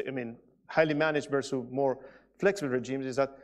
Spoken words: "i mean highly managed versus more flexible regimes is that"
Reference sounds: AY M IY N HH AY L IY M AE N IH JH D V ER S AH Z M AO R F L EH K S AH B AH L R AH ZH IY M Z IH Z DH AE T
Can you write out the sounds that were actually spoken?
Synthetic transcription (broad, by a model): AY M IY N HH AY L IY M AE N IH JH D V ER S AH M AO R F L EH K S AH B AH L R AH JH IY M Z IH Z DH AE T